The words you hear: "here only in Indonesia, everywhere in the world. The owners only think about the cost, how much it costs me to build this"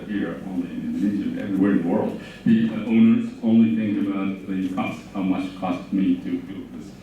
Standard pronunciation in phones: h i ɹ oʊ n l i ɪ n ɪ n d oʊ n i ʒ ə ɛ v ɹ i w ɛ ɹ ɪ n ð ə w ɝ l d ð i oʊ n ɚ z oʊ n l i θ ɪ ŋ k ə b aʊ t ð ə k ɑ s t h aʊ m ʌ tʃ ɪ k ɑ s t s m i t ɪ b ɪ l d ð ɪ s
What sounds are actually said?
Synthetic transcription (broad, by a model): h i ɹ oʊ n l i ɪ n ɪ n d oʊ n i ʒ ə ɛ v ɹ i w ɛ ɹ ɪ n ð ə w ɝ l d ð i oʊ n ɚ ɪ oʊ n l i θ ɪ ŋ ə b aʊ t ð ə k ɑ s t h aʊ m ʌ tʃ k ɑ s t m i t ɪ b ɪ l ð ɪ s